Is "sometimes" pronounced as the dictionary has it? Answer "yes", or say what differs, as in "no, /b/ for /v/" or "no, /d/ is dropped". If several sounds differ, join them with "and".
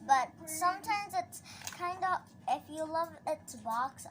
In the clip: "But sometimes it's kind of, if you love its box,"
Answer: yes